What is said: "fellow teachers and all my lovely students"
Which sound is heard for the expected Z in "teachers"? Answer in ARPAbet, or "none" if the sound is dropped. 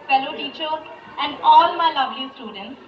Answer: none